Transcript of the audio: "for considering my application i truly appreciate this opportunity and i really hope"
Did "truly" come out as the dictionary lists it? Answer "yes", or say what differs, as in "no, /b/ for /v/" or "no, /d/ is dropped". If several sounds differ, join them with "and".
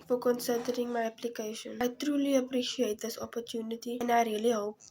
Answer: yes